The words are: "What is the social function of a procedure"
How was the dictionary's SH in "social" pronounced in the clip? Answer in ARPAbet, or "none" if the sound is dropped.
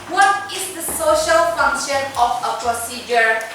SH